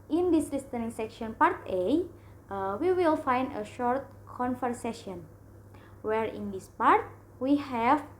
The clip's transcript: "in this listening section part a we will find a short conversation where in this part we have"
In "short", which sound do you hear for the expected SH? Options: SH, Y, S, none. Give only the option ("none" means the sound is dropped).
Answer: SH